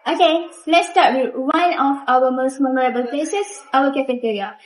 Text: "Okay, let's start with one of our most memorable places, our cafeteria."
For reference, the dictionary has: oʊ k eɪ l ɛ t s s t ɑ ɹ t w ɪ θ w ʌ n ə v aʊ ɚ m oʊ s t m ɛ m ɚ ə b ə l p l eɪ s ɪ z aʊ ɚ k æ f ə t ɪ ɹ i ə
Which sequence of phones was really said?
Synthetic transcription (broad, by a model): oʊ k eɪ l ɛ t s s t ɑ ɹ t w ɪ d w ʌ n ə f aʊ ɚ m oʊ s t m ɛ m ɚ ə b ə l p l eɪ s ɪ s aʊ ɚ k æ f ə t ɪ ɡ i